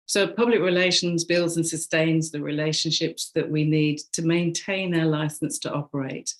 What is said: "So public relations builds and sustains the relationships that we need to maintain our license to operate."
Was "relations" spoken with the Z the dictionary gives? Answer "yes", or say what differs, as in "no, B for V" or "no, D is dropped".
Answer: yes